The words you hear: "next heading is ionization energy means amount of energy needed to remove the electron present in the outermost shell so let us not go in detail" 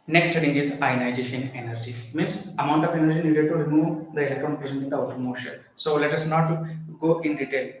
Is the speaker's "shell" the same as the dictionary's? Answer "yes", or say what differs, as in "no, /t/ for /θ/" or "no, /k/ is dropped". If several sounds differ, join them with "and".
no, /n/ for /l/